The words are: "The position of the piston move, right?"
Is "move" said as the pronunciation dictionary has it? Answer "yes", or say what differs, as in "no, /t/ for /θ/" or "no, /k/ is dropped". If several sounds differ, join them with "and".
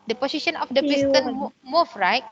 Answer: no, /f/ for /v/